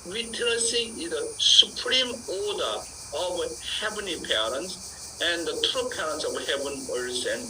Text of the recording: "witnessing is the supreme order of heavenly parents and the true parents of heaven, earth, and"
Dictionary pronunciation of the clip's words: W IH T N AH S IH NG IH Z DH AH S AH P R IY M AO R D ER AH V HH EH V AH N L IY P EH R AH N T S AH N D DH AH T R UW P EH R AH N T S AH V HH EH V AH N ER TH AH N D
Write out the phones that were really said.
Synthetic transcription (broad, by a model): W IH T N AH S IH IH Z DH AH S AH P R IY M AO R D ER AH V HH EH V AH N IY P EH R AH N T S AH N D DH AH T R UW P EH R AH N T S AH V HH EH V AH N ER S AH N